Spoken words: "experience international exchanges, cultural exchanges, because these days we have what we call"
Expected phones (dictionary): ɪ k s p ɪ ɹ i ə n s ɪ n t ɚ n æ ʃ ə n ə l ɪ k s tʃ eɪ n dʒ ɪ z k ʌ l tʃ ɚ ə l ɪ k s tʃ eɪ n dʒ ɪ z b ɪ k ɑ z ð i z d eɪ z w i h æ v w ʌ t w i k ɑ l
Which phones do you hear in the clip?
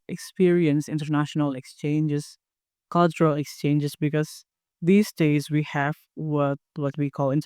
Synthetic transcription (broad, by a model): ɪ k s p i ɹ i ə n s ɪ n t ɚ n æ ʃ ə n ə l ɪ k s tʃ eɪ n dʒ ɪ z k ʌ l tʃ ɚ ə l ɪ k s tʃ eɪ n dʒ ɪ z b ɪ k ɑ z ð i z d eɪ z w i h æ v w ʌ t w i k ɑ l